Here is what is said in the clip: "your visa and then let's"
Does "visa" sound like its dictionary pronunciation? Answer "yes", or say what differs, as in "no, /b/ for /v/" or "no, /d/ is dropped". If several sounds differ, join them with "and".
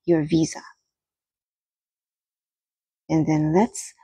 yes